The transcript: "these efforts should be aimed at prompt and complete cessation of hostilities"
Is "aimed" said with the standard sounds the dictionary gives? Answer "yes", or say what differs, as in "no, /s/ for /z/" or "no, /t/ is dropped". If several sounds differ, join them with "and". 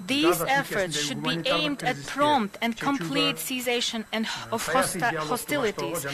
yes